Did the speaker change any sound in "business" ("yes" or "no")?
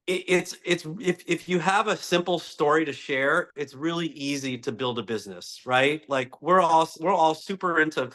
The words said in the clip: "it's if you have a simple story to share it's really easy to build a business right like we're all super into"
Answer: no